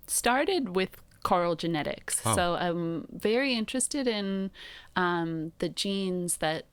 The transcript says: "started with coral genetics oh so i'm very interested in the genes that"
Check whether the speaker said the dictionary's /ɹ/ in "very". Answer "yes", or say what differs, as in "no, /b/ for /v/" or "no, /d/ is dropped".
yes